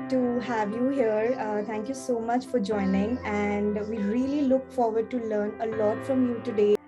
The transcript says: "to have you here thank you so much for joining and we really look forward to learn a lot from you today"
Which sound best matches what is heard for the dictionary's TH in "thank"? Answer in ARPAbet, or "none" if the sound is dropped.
T